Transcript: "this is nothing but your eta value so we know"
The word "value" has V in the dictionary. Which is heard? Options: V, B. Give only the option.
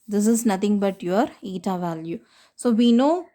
V